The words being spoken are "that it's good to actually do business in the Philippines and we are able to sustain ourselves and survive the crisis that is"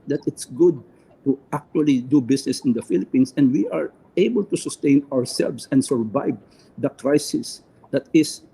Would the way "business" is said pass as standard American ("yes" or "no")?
no